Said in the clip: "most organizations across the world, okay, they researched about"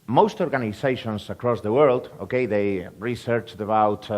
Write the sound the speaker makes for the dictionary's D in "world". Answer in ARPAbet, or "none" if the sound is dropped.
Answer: D